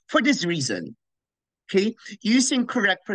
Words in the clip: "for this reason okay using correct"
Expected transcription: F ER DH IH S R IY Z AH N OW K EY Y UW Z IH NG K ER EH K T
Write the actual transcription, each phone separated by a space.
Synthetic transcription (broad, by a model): F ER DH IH S R IY Z AH N OW K EY Y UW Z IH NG K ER EH K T